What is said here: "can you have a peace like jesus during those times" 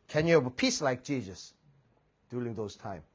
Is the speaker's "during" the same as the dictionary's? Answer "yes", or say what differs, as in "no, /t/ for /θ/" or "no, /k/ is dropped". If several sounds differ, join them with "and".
no, /l/ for /ɹ/